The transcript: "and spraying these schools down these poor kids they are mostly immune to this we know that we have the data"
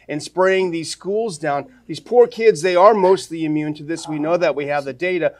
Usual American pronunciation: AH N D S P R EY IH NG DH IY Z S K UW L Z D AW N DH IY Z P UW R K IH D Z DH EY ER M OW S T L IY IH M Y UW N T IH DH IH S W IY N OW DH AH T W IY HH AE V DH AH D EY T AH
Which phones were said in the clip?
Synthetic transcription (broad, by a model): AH N S P R EY IH NG DH IY Z S K UW L Z D AW N DH IY Z P UW R K IH D Z DH EY ER M OW S T L IY IH M Y UW N T IH DH IH S W IY N OW DH AH T W IY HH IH V DH AH D EY T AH